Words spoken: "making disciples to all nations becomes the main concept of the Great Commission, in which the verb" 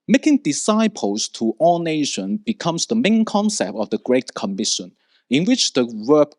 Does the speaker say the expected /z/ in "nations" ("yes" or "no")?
no